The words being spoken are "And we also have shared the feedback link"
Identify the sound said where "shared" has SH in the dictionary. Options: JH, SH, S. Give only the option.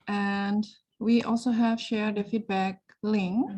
SH